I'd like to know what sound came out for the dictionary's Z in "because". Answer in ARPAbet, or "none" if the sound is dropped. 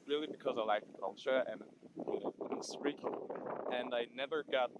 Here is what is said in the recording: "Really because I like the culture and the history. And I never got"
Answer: Z